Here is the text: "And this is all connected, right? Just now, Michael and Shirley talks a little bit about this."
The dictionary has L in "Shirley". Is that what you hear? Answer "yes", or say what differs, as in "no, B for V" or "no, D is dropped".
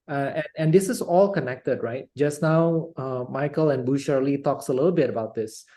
yes